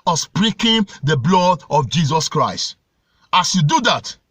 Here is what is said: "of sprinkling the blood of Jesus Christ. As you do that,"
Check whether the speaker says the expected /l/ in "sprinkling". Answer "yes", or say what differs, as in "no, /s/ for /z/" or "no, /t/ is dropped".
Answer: no, /l/ is dropped